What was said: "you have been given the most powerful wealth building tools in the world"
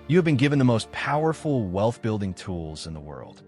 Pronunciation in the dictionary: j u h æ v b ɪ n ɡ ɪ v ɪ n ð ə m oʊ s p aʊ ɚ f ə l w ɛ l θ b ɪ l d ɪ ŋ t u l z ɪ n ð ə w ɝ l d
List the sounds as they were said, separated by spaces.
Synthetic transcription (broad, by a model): j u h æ v b ɪ n ɡ ɪ v ɪ n ð ə m oʊ s p aʊ ɚ f l w ɛ l θ b ɪ l d ɪ ŋ t u l z ɪ n ð ə w ɝ l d